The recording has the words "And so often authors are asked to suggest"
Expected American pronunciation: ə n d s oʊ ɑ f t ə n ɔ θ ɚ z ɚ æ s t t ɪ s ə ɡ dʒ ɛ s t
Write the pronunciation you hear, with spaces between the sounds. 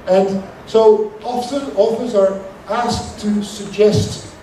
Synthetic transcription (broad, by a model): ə n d s oʊ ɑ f s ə l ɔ f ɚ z ɚ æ s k t ɪ s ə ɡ dʒ ɛ s t